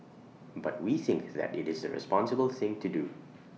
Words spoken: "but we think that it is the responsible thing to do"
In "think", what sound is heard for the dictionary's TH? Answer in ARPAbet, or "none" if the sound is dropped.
TH